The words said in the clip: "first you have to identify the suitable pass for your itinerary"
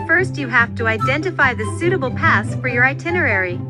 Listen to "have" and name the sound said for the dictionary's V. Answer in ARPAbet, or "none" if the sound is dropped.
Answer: F